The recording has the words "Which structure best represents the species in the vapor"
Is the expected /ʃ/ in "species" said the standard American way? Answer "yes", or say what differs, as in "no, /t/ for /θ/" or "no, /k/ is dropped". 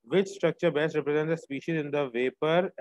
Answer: yes